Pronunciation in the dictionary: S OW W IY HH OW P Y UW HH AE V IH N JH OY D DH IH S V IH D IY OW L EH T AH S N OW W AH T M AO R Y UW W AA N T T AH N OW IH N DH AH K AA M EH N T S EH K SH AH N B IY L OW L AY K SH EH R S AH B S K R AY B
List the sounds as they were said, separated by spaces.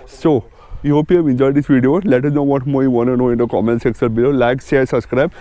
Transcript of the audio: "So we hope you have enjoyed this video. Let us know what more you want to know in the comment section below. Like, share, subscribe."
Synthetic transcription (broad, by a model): S OW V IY HH OW P Y UW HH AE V IH N JH OY D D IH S V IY D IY OW L EH T AH S N OW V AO T M AO R Y UW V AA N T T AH N OW IH N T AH K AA M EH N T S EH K S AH L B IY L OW L AY K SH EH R S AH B S K R AY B